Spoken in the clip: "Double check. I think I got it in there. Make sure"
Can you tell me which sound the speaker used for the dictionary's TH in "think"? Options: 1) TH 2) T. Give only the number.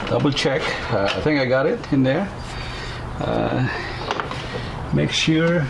1